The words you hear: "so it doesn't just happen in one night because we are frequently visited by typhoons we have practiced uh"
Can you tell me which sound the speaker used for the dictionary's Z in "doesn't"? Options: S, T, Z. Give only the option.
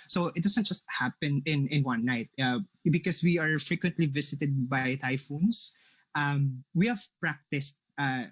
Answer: S